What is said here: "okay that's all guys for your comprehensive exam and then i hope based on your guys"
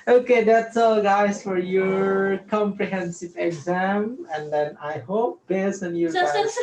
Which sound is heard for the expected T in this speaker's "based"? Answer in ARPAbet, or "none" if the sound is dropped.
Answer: none